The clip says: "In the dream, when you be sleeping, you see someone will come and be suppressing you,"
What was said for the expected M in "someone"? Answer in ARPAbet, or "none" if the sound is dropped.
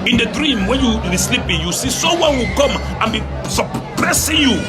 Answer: none